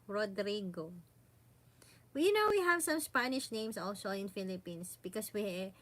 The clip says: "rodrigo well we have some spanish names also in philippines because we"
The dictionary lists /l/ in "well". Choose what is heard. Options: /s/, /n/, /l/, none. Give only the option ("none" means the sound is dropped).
/n/